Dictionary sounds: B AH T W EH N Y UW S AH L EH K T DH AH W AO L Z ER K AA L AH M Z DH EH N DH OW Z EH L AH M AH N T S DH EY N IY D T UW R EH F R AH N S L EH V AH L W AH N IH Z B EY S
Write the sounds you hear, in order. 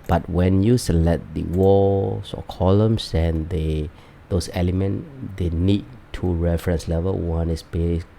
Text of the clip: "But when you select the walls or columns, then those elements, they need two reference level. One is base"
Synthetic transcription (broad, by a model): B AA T W EH N Y UW S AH L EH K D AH W AO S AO K AA L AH M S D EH N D OW S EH L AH M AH N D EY N IY D T UW R EH F R AH N S L EH V AH L W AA N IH S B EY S